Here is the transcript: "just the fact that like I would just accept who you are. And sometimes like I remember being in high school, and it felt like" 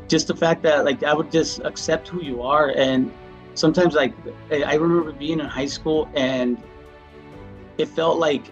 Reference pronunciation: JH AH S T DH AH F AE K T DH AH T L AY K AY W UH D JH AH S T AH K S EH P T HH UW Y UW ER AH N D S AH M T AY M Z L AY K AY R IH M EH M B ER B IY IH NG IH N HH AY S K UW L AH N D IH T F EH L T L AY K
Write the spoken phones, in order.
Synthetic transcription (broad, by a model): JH AH S T DH AH F AE K DH AH T L AY K AY W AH D JH AH S T AH K S EH P T HH UW Y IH ER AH N S AH M T AY M Z L AY K AY R IH M EH M B ER B IY IH NG IH N HH AY S K UW L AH N IH T F EH L T L AY K